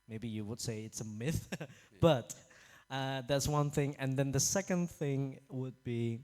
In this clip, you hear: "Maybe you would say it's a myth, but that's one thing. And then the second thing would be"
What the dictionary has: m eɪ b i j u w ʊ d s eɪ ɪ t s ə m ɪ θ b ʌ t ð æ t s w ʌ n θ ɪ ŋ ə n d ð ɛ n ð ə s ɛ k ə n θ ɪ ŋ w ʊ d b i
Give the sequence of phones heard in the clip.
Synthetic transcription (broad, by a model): m eɪ b i j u w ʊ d s eɪ ɪ t s ə m ɪ θ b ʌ t ð æ t s w ʌ n θ ɪ ŋ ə n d ð ɛ n ð ə s ɛ k ə n θ ɪ ŋ w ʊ d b i